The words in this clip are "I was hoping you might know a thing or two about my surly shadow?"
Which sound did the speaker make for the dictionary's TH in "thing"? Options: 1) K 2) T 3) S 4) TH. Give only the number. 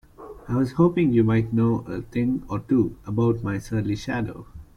2